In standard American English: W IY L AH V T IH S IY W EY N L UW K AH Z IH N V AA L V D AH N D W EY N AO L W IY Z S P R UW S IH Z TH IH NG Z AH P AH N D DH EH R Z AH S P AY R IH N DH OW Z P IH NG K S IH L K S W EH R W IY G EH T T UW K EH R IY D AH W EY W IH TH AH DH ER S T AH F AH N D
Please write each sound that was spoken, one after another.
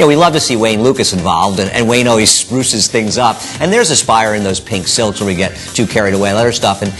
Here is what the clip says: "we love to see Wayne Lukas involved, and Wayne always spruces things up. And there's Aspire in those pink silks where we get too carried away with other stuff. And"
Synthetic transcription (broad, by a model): W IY L AH V T IH S IY W EY N L UW K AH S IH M V AA L V D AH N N W EY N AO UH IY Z S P R UW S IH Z TH IH NG Z AH P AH N DH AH R Z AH S P AY R IH N DH OW Z P IH NG K S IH L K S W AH R W IY G EH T T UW K EH R IY D AH W EY IH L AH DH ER S T AH F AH N